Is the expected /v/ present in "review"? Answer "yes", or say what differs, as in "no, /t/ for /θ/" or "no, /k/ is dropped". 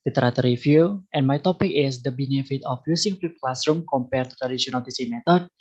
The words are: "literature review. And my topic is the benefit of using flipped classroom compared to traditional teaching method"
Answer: no, /f/ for /v/